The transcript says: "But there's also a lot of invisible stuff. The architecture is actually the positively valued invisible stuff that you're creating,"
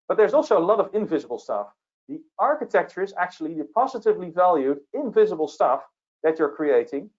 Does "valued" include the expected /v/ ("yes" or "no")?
yes